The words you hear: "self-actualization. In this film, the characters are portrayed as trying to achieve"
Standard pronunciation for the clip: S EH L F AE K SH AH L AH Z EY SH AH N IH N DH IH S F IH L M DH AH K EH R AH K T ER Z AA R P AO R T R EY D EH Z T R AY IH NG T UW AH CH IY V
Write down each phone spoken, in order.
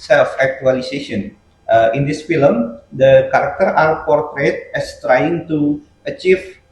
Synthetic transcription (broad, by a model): S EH L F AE K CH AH L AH S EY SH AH N IH N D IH S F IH L M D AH K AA R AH K T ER AA R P AO R T R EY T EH S T R AY IH NG T UW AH CH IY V